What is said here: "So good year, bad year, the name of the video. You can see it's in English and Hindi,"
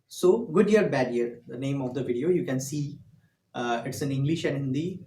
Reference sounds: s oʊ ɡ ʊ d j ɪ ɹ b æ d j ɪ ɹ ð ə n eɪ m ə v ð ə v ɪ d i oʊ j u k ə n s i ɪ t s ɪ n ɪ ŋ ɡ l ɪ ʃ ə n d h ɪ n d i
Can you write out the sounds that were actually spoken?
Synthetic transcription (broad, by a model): s oʊ ɡ ʊ d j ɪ ɹ b æ d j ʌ ɹ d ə n eɪ m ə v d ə v ɪ d i oʊ j u k ə n s i ɪ t s ɪ n ɪ ŋ ɡ l ɪ ʃ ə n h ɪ n d i